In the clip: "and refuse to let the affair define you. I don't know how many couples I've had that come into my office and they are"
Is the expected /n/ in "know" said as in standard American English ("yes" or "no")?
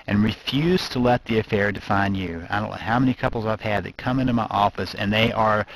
no